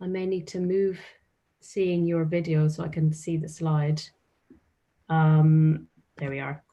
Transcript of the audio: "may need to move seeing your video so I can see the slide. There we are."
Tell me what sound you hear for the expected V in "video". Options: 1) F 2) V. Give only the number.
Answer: 2